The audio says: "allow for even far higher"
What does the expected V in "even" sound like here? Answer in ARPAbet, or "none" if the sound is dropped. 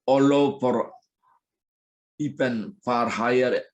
P